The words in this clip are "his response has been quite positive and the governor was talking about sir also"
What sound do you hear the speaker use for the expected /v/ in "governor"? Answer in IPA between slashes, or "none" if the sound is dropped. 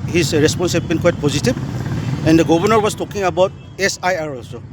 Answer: /b/